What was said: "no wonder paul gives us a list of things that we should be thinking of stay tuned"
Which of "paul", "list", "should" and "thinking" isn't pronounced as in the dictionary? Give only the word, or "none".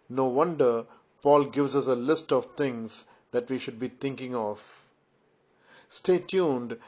thinking